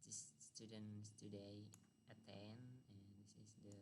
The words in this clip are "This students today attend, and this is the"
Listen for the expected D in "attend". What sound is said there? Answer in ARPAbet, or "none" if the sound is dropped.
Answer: none